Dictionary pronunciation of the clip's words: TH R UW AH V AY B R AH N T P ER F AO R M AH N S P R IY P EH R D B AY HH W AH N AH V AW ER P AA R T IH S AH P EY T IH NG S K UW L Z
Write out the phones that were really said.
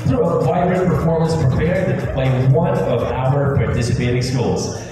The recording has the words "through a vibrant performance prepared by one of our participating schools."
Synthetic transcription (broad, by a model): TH R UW AH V AY R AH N P ER F AO R M AH N S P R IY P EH R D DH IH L W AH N AH V AW ER P AA R T IH S AH P EY T IH NG S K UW L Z